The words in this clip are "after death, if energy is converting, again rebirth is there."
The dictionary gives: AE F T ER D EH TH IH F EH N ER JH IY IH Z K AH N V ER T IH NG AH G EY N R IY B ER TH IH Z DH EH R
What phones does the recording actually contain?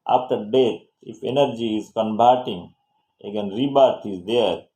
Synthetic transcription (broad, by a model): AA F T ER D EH T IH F EH N ER JH IY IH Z K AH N B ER T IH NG AH G EY N R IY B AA T IH Z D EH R